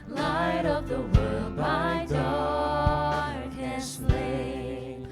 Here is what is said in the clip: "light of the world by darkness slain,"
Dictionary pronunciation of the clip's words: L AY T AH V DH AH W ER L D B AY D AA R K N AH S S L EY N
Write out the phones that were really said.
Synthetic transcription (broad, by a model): L AY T AH V DH AH W ER L D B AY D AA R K AH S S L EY